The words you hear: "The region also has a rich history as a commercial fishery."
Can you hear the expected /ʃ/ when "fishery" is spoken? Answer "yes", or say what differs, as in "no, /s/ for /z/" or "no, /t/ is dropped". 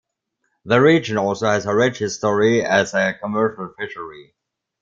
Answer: yes